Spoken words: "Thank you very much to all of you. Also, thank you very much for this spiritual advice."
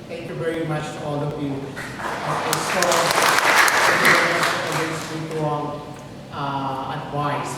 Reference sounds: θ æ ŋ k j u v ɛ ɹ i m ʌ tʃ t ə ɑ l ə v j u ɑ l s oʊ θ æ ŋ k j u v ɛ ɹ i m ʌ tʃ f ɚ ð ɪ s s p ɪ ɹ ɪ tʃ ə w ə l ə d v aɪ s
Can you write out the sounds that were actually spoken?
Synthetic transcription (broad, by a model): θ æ ŋ k j u v ɛ ɹ i m ʌ tʃ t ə ɑ l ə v j u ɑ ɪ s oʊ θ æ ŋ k j u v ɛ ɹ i m ʌ tʃ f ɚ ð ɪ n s ɪ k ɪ ə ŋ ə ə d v aɪ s